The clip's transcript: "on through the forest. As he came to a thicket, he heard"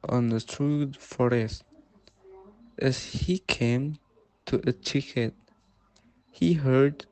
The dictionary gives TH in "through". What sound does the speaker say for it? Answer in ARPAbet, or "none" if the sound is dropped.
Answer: T